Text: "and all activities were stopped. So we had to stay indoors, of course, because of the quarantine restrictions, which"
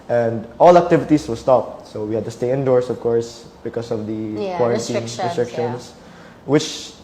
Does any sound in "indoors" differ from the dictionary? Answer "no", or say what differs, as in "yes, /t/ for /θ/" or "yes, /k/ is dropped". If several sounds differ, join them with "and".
yes, /s/ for /z/